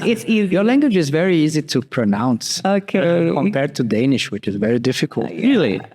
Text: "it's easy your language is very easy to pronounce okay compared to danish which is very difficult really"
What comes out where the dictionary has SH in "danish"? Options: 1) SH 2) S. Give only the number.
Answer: 1